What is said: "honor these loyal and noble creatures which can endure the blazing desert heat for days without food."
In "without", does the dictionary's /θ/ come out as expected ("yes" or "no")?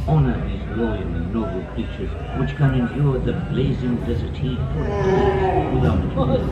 no